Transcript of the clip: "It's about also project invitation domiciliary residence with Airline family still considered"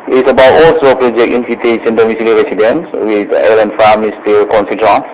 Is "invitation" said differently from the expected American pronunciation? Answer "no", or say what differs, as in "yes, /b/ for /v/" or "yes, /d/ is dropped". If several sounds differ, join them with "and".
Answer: yes, /s/ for /ʃ/